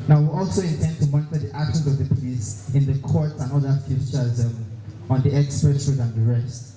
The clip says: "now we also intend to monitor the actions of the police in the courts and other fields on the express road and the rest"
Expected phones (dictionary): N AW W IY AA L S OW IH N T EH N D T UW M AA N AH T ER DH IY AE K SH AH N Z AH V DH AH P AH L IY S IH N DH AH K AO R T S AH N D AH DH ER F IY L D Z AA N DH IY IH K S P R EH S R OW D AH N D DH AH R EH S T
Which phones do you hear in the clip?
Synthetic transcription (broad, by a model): N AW W IY AA L S OW IH N T EH N D T UW M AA N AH T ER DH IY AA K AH Z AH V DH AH P AH L IY S IH N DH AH K AO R T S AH N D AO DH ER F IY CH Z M AA N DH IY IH K S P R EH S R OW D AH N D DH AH R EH S T